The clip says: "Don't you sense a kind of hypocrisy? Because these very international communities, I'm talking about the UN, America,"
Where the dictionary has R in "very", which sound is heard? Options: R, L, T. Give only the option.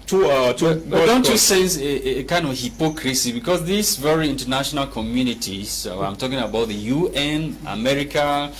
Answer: R